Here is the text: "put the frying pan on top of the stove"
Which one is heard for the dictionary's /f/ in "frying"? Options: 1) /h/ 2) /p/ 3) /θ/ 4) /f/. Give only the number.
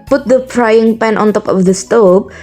2